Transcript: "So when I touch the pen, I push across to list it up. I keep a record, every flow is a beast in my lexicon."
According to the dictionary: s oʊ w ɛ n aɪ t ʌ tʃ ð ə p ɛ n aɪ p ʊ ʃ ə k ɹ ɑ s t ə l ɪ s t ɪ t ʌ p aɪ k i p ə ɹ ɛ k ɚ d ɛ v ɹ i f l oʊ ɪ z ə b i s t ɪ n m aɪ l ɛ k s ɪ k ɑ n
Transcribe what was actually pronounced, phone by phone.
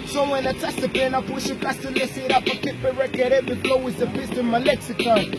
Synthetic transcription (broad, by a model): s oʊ w ɛ n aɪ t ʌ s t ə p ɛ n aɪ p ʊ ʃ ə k ɑ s t ə l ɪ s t ɪ t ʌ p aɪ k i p ə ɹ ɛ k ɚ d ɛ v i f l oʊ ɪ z ə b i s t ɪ m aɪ l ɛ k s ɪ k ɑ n